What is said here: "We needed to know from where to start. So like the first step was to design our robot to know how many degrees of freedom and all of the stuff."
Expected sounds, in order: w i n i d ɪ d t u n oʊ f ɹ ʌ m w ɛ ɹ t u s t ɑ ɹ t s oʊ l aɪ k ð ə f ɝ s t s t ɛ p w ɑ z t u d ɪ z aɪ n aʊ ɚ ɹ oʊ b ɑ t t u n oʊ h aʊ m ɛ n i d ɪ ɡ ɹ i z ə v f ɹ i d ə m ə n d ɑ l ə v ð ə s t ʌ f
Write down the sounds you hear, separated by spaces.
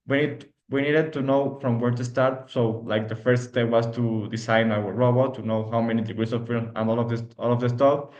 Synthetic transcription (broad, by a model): w i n i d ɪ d t u n oʊ f ɹ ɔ m w ɛ ɹ t u s t ɑ ɹ t s oʊ l aɪ k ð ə f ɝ s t s t ɛ p w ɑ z t u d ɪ s aɪ n aʊ ɚ ɹ oʊ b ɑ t t u n oʊ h aʊ m ɛ n i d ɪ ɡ ɹ i s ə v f i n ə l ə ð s ɑ l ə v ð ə s t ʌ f